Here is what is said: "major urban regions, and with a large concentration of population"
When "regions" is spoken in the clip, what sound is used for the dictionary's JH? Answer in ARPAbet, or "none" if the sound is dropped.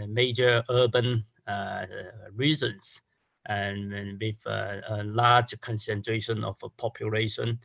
Z